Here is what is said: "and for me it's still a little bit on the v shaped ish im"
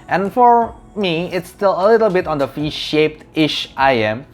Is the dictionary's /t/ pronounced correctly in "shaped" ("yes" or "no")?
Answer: yes